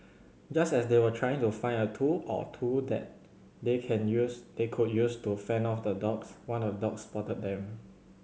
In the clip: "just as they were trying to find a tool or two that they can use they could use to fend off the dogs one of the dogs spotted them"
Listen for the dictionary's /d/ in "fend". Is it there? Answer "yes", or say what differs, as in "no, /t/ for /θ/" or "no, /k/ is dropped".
no, /d/ is dropped